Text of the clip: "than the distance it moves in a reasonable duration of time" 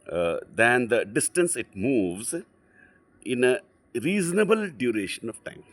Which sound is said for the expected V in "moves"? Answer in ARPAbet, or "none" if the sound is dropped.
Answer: V